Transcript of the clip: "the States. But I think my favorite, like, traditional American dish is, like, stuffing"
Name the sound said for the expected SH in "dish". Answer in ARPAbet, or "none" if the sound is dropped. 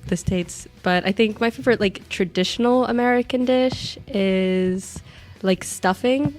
SH